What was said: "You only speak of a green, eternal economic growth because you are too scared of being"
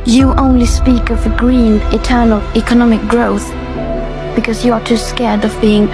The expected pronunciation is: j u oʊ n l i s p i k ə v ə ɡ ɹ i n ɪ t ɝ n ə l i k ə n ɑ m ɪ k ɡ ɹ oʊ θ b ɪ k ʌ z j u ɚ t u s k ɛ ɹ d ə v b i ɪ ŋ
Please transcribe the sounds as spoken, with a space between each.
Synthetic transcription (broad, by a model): j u oʊ n l i s p i k ə v ə ɡ ɹ i n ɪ t ɝ n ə l i k ə n ɑ m ɪ k ɡ ɹ oʊ θ b ɪ k ʌ z j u ɚ t u s k ɛ ɹ d ə v b i ɪ ŋ